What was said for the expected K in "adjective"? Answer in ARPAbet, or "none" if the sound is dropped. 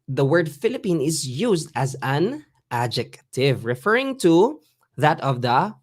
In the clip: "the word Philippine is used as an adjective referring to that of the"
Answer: K